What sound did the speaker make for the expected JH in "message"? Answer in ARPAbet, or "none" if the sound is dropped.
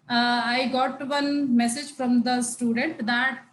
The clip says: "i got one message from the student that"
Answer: JH